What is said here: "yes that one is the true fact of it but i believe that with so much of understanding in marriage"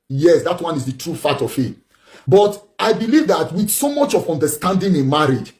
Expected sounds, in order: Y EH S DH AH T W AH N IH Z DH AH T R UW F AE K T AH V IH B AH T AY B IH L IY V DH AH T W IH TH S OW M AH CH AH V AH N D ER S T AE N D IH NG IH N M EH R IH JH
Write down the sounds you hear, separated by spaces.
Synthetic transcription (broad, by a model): Y EH S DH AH T W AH N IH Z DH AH T R UW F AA T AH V IH B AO T AY B IH L IY V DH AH T W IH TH S OW M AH CH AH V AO N D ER S T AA N D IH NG IH N M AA R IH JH